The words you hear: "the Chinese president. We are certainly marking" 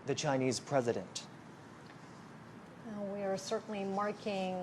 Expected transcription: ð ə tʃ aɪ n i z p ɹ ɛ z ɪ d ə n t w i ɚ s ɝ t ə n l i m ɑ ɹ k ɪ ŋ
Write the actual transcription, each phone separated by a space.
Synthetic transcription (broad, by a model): ð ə tʃ aɪ n i z p ɹ ɛ z ɪ d ə n t w i ɚ s ɝ t n l i m ɑ ɹ k ɪ ŋ